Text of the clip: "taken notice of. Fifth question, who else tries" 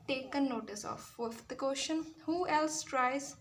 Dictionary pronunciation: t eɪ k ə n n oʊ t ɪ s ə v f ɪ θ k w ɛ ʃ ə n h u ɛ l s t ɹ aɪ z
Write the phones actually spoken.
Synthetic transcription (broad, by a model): t eɪ k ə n n oʊ t ɪ s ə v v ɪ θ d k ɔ ʃ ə n h u ɛ l s t ɹ aɪ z